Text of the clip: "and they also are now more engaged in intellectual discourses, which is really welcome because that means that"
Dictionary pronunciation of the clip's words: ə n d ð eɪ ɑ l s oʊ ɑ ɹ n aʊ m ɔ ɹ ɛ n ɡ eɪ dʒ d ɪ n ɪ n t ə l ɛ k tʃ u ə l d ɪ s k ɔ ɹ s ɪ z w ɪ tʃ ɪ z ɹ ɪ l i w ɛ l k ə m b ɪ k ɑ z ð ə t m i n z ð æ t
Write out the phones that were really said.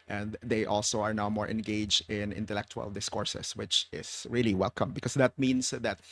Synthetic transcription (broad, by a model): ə n d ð eɪ ɑ l s oʊ ɑ ɹ n aʊ m ɔ ɹ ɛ n ɡ eɪ dʒ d ɪ n ɪ n t ə l ɛ k tʃ u ə l d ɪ s k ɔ ɹ s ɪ s w ɪ tʃ ɪ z ɹ ɪ l i w ɛ l k ə m b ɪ k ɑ s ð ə t m i n s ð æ t